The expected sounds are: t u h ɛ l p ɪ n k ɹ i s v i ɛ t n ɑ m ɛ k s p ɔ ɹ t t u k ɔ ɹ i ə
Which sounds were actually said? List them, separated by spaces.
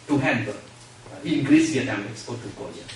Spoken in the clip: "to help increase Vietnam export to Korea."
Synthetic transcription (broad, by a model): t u h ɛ n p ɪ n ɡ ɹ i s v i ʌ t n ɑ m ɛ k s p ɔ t t u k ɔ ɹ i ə